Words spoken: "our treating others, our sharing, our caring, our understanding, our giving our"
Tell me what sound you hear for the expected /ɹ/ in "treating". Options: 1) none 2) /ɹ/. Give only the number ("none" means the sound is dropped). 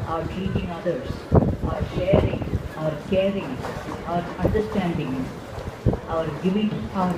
1